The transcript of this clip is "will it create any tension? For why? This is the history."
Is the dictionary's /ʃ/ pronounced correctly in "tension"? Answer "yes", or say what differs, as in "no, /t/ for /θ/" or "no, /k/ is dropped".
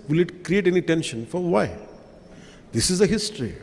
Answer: yes